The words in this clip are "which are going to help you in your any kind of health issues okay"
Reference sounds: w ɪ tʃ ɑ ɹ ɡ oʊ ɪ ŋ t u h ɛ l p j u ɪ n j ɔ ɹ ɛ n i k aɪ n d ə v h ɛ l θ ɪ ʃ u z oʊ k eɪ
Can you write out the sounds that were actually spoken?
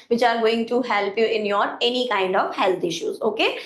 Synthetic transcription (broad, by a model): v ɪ tʃ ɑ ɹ ɡ oʊ ɪ ŋ t u h ɛ l p j u ɪ n j ɔ ɹ ɛ n i k aɪ n d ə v h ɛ l t ɪ ʃ u z oʊ k eɪ